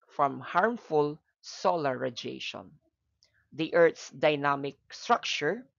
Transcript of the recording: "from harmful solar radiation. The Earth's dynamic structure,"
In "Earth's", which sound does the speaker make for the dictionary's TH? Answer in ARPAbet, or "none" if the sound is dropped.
T